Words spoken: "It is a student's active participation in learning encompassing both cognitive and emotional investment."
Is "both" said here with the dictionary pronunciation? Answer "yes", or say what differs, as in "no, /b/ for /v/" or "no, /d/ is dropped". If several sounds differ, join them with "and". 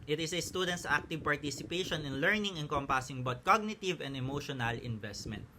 no, /t/ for /θ/